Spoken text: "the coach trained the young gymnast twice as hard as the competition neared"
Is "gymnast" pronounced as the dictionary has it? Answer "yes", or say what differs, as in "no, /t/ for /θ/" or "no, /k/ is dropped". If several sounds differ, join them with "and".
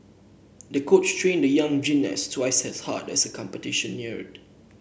no, /m/ is dropped